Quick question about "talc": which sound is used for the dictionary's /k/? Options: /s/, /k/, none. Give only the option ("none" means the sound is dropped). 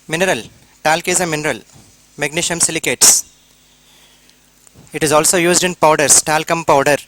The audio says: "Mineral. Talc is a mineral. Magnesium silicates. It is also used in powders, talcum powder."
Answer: /k/